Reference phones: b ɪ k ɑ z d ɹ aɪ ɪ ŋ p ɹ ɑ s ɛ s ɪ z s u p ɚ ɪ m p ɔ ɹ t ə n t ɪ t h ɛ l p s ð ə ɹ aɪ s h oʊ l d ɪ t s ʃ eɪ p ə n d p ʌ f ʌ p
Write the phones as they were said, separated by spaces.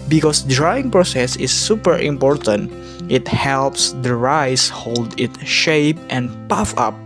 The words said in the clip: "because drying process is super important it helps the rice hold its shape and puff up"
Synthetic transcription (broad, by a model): b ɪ k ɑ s d ɹ aɪ ɪ ŋ p ɹ ɑ s ɛ s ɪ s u p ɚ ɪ m p ɔ ɹ t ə n t ɪ t h ɛ l p s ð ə ɹ aɪ s h oʊ l d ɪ t ʃ eɪ p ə n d p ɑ f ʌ p